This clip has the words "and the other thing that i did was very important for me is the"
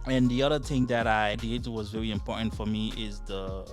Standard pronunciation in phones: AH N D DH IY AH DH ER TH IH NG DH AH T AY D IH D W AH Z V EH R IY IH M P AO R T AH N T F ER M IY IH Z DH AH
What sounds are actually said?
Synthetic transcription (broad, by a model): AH N DH IY AH DH ER TH IH NG DH AH T AY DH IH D W AH Z V EH R IY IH M P AO R T N T F ER M IY IH Z DH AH